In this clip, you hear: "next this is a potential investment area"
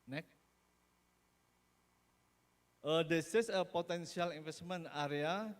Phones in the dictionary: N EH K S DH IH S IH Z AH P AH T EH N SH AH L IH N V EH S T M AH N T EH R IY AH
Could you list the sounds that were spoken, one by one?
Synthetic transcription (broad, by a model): N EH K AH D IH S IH S AH P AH T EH N S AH L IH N F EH S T M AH N AA R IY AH